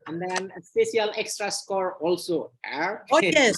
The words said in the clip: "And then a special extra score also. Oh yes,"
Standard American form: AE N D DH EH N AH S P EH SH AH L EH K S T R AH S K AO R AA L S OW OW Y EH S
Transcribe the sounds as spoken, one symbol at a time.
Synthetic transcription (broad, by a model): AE N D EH N AH S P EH S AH L EH K S T R AH S K AO R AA L S OW OW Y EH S